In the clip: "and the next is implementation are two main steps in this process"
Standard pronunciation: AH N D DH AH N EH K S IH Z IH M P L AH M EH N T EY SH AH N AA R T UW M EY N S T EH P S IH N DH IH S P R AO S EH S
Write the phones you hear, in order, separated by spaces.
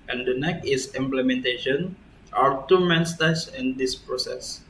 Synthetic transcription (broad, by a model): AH N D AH N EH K IH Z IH M P L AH M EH N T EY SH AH N AA R T UW M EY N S T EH S IH N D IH S P R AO S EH S